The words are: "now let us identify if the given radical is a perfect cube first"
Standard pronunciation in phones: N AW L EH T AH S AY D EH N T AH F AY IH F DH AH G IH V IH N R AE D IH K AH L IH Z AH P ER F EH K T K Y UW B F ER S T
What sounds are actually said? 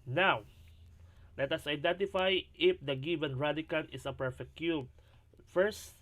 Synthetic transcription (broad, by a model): N AW L EH T AH S AY D EH N T AH F AY IH F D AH G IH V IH N R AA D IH K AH N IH S AH P ER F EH K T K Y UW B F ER S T